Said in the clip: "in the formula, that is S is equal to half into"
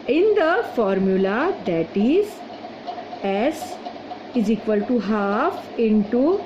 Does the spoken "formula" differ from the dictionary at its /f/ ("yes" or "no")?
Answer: no